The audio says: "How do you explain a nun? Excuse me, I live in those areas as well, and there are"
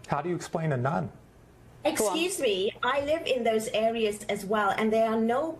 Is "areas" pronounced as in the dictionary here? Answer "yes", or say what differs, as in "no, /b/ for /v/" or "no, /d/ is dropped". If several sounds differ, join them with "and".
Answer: yes